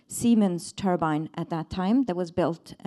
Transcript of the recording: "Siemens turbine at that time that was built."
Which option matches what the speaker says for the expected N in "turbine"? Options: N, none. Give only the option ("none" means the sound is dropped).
N